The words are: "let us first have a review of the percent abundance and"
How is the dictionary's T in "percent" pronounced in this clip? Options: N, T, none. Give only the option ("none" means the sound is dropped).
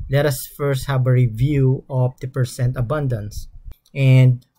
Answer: T